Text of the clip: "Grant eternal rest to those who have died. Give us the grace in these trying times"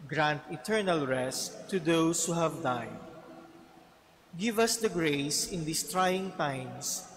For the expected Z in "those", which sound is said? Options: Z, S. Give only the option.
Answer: S